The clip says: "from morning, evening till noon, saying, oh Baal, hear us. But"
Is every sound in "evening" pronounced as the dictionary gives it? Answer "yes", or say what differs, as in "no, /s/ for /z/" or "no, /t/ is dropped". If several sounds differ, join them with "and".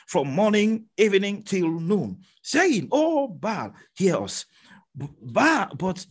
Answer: yes